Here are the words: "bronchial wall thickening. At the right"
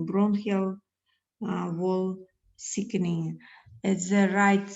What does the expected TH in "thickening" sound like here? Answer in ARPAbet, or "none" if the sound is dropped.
S